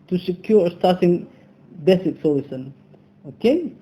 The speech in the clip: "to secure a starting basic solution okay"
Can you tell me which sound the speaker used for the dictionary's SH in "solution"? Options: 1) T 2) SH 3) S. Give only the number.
3